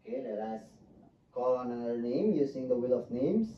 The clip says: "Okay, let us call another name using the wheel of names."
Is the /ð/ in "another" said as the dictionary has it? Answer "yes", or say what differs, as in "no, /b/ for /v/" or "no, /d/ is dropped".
no, /ð/ is dropped